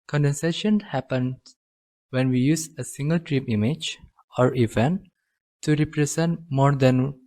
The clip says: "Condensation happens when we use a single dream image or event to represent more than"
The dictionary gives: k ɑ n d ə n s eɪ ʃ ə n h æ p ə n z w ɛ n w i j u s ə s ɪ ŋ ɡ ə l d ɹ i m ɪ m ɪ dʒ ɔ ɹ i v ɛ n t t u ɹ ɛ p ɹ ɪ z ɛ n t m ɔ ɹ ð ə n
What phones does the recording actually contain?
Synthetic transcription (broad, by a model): k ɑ n d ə n s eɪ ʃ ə n h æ p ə n w ɛ n w i j u s ə s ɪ ŋ ɡ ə l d ɹ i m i m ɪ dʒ ɔ ɹ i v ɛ n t t u ɹ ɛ p ɹ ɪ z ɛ n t m ɔ ɹ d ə n